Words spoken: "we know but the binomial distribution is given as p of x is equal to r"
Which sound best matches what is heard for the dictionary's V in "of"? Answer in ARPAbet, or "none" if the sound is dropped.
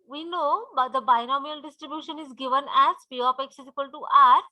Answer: P